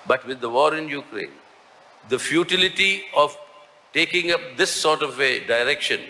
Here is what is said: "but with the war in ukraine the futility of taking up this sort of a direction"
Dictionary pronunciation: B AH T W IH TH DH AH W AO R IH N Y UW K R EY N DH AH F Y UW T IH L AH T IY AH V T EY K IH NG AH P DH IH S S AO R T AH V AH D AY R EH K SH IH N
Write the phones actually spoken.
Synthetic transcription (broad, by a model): B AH T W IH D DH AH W AO R IH N Y UW K R EY N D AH F Y UW T IH L AH T IY AH V T EY K IH NG AH P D IH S S AO R T AH V AH D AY R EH K SH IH N